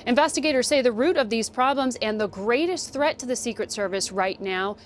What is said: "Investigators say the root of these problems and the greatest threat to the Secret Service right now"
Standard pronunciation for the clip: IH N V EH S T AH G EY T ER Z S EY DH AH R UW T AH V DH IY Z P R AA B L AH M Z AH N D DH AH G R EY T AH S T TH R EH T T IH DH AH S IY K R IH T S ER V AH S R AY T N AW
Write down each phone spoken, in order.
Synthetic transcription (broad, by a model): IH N V EH S T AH G EY T ER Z S EY DH AH R UW T AH V DH IY Z P R AA B L AH M Z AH N DH AH G R EY T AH S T TH R EH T T IH DH AH S IY K R IH T S ER V AH S R AY T N AW